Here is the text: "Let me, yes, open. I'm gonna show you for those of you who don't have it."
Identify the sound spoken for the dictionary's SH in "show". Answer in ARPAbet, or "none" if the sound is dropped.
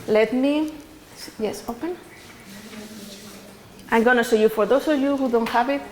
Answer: S